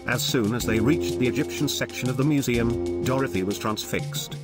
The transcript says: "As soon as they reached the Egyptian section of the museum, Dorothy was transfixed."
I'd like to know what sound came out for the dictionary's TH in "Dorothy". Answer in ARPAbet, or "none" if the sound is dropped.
TH